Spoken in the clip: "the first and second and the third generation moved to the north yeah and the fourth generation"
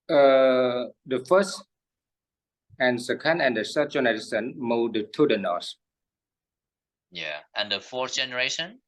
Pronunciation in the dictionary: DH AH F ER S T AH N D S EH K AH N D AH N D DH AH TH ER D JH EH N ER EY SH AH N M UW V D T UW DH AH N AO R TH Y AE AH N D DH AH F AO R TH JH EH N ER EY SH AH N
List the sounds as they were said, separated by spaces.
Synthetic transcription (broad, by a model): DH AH F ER S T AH N S EH K AH N D AH N D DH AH S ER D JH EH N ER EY S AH N M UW D T UW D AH N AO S Y AE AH N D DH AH F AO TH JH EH N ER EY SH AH N